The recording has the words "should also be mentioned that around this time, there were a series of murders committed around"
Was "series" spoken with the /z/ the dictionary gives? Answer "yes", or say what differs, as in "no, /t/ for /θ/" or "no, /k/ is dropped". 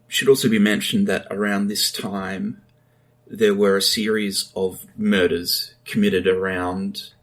yes